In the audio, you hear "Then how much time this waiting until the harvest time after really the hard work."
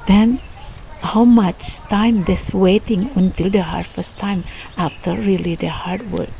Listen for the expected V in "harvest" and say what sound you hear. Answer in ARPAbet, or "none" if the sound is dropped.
F